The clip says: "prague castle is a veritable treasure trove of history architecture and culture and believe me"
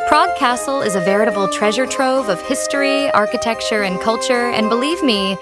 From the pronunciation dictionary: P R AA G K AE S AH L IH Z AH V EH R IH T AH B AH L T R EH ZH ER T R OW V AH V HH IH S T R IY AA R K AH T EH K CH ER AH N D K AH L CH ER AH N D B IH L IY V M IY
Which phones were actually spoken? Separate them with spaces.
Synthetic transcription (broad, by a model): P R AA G K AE S L IH Z AH V EH R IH T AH B L T R EH ZH ER T R OW V AH V HH IH S T R IY AA R K AH T EH K CH ER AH N K AH L CH ER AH N B IH L IY V M IY